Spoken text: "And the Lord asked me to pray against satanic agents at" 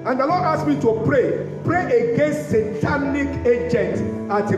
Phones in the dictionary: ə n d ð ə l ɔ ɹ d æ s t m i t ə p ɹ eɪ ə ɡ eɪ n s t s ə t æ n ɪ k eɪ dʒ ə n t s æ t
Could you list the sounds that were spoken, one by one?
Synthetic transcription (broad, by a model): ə n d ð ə l ɔ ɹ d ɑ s m i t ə p ɹ eɪ ə ɡ eɪ n s t s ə t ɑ n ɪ k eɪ dʒ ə n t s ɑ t